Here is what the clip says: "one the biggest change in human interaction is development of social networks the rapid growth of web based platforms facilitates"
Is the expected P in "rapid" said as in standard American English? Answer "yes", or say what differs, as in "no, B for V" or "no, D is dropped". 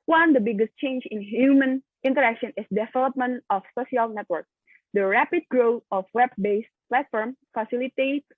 yes